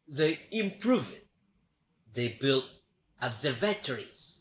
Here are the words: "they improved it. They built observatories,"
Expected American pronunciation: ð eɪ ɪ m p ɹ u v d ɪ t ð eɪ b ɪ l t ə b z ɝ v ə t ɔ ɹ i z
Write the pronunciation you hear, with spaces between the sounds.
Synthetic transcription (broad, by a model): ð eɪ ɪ m p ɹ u v ɪ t ð eɪ b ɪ l t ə b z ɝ v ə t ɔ ɹ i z